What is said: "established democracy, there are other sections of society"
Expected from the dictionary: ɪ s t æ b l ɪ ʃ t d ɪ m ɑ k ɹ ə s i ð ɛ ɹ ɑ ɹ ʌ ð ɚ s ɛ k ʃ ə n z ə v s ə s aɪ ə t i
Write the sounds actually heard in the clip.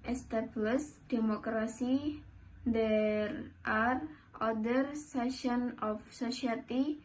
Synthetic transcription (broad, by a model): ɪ s t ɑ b l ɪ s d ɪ m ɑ k ɹ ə s i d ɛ ɹ ɑ ɹ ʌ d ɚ s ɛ ʃ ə n ə f s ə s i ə t i